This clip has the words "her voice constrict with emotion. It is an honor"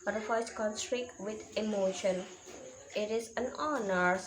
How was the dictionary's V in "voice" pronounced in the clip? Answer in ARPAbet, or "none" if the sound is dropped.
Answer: F